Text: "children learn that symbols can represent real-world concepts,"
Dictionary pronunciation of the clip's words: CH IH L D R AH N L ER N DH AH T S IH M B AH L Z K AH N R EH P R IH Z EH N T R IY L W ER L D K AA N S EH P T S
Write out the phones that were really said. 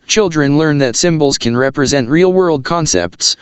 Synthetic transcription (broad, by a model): CH IH L D R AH N L ER N DH AH T S IH M B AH L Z K AH N R EH P R IH Z EH N T R IY L W ER L D K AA N S EH P T S